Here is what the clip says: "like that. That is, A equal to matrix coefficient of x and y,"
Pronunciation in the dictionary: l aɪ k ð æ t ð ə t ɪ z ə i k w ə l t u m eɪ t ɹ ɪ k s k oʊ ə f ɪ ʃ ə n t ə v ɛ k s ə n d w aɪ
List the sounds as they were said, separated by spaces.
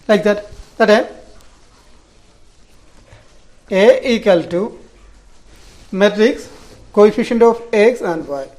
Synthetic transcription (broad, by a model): l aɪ k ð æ t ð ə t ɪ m ə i k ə l t u m eɪ t ɹ ɪ k s k oʊ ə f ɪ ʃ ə n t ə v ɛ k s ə n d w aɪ